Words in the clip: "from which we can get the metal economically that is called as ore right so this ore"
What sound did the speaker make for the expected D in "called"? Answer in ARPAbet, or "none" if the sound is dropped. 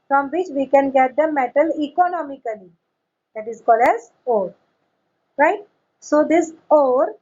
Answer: D